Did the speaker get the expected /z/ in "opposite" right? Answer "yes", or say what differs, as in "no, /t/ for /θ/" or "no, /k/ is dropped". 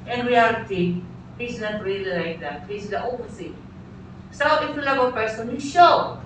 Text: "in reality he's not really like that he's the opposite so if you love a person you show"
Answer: no, /s/ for /z/